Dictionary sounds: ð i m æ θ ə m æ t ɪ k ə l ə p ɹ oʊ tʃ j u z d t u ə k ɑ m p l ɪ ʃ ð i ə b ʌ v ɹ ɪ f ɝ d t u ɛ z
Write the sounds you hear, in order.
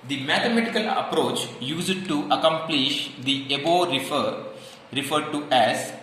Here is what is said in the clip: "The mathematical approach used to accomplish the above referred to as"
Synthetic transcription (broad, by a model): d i m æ t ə m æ t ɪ k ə l ə p ɹ oʊ tʃ j u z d t u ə k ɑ m p l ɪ ʃ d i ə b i f ɹ ɪ f ɝ d t u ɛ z